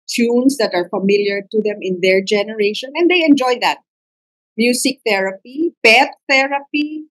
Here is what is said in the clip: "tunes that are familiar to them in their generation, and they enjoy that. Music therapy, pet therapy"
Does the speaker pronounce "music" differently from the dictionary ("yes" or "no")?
yes